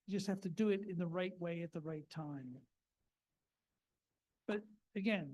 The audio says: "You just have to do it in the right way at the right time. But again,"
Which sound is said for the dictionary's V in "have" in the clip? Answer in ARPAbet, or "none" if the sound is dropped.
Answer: F